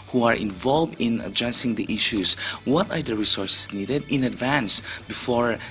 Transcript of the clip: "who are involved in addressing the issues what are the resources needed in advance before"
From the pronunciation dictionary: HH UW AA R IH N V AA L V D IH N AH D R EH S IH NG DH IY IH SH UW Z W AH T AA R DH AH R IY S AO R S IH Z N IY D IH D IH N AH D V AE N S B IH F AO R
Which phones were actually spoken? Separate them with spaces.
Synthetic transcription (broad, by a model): HH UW AA R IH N V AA L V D IH N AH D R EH S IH NG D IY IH SH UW S W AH T AA R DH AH R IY S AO R S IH S N IY D IH D IH N AH D V AE N S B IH F AO R